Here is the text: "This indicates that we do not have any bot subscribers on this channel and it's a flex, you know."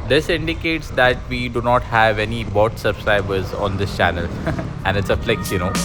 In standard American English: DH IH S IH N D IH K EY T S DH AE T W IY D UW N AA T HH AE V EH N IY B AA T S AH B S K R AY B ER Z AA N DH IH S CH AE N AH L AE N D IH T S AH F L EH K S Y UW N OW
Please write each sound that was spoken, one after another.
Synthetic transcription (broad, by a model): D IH S IH N D IH K EY T S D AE T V IY D UW N AA T HH AE V EH N IY B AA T S AH B S K R AY B ER Z AA N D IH S CH AE N AH L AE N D IH T S AH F L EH K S Y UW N OW